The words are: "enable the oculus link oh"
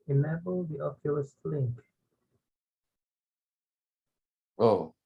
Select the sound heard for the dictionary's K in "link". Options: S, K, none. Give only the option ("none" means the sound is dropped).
K